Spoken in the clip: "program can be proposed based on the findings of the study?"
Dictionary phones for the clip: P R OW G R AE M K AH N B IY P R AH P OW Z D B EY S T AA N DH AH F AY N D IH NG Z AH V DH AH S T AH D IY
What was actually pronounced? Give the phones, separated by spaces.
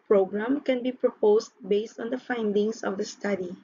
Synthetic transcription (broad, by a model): P R OW G R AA M K AH N B IY P R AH P OW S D B EY S T AA N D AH F AY N D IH NG S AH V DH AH S T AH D IY